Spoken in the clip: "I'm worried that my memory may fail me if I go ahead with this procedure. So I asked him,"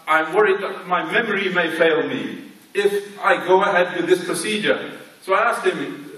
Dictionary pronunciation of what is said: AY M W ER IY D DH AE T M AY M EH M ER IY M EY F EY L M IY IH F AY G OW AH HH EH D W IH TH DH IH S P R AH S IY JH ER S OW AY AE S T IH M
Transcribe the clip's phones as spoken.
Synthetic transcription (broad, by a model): AY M W ER IY D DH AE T M AY M EH M ER IY M EY F EY L M IY IH F AY G OW AH HH EH D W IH DH IH S P R AH S IY JH ER S OW AY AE S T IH M